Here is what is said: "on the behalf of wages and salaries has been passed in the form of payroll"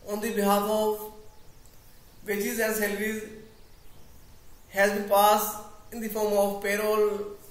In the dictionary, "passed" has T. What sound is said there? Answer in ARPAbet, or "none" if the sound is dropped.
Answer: none